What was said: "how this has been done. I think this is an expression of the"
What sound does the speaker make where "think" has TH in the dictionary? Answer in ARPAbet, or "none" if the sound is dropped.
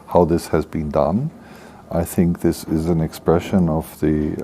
TH